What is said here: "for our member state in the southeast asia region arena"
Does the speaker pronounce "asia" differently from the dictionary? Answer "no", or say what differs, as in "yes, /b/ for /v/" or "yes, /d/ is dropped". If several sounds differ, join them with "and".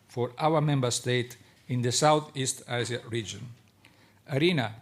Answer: yes, /s/ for /ʒ/